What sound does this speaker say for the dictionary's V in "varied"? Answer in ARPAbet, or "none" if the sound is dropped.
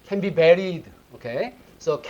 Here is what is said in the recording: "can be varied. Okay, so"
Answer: B